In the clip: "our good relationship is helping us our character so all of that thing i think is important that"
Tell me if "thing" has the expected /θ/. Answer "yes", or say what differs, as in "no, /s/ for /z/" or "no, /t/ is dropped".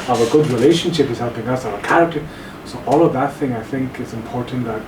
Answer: yes